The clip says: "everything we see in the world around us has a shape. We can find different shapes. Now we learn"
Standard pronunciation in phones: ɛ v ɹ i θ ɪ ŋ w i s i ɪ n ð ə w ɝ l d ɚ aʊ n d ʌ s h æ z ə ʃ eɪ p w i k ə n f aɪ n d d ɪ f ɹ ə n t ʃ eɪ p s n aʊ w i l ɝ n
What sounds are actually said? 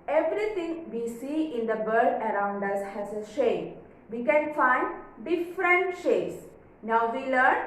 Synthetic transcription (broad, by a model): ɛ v ɹ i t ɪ ŋ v i s i ɪ n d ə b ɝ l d ɚ aʊ n d ʌ s h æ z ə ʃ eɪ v i k ə n f aɪ n d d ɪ f ɹ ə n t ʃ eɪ s n aʊ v i l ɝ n